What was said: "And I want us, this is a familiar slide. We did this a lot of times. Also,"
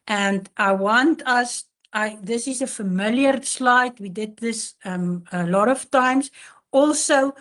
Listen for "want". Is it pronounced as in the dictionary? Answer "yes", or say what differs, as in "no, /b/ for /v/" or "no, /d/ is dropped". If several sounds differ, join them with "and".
yes